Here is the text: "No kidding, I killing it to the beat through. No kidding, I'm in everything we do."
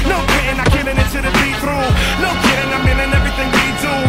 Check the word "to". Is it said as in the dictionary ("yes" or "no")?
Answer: no